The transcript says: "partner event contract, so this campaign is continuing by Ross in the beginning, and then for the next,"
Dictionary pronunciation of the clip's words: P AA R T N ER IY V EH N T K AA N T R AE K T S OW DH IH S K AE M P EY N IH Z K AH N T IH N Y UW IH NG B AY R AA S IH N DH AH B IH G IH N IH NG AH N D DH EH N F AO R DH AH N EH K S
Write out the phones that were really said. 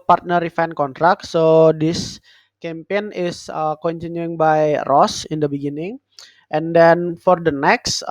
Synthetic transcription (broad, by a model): P AA R T N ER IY F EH N K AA N T R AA K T S OW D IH S K AE M P EY N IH S K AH N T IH N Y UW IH NG B AY R AA S IH N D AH B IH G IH N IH NG AH N D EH N F AO R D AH N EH K S